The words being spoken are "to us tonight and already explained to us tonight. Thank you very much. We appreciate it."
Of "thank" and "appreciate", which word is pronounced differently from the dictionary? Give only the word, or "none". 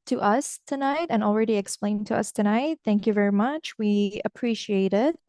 none